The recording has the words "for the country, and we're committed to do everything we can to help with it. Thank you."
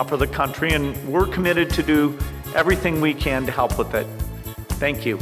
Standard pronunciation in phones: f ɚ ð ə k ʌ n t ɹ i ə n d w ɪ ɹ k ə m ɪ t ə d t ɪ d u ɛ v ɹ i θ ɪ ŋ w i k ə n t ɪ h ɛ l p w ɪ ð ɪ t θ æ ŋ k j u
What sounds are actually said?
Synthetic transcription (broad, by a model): f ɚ ð ə k ʌ n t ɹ i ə n w ɪ ɹ k ə m ɪ t ə d t ɪ d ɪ ɛ v ɹ i θ ɪ ŋ w i k ə n t ɪ h ɛ l p w ɪ ð ɪ t θ æ ŋ k j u